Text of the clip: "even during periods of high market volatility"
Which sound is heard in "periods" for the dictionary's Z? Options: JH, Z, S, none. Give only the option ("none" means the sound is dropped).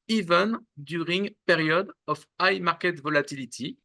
none